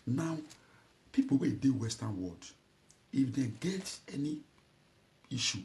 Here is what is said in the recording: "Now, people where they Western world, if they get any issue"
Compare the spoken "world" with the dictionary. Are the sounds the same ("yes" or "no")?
no